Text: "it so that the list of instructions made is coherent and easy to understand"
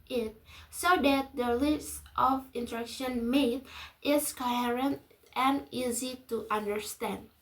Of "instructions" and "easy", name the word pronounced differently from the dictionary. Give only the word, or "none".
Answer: instructions